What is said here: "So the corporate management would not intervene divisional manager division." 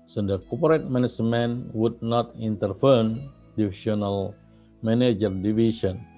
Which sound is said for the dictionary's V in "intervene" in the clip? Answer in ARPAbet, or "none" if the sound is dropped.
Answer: F